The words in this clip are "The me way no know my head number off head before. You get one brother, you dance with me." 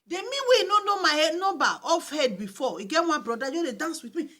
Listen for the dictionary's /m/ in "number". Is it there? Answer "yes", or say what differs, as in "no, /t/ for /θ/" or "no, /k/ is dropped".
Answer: no, /m/ is dropped